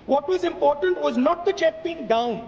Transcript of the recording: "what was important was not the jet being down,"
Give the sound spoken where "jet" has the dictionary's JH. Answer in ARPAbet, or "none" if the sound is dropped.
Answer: CH